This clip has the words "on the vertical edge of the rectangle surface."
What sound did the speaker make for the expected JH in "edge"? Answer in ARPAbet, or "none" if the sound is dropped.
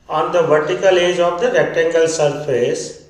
JH